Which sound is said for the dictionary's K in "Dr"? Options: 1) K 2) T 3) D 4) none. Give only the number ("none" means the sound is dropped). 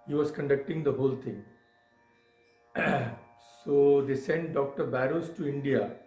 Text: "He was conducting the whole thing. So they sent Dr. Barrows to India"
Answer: 1